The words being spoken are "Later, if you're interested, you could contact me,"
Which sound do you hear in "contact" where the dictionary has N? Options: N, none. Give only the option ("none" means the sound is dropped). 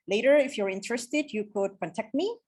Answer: none